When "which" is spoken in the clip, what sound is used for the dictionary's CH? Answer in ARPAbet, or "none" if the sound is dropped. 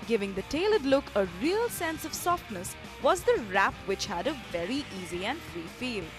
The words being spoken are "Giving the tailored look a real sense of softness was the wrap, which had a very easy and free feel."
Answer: CH